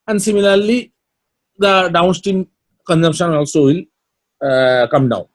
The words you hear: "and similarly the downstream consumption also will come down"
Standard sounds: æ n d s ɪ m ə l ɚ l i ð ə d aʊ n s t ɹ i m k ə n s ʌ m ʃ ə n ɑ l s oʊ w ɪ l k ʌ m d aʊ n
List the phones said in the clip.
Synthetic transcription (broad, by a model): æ n d s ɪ m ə l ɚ l i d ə d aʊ n s t i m k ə n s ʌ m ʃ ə n ɑ l s oʊ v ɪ l k ʌ m d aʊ n